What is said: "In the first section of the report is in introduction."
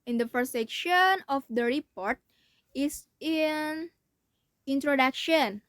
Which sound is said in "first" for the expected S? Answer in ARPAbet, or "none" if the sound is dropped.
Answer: none